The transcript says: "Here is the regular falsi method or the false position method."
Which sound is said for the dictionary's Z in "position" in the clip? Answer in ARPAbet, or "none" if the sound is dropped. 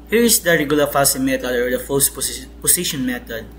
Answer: S